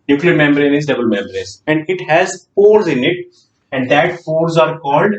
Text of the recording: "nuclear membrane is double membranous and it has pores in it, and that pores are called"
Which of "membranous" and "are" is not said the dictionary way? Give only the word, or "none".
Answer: membranous